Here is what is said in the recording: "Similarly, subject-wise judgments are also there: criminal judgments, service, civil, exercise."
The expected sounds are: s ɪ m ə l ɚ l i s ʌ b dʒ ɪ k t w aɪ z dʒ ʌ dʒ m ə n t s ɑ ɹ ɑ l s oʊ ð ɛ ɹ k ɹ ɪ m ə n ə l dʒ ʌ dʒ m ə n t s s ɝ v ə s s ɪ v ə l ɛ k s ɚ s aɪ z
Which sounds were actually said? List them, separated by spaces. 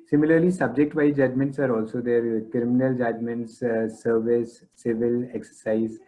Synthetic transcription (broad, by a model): s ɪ m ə l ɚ l i s ʌ b dʒ ɪ k t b aɪ dʒ ʌ dʒ m ə n t s ɑ ɹ ɑ l s oʊ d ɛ ɹ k ɹ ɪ m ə n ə l dʒ ʌ dʒ m ə n t s s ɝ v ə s s ɪ v ə l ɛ k s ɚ s aɪ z